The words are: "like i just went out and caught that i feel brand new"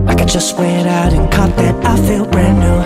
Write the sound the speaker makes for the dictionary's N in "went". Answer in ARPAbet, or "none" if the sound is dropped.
none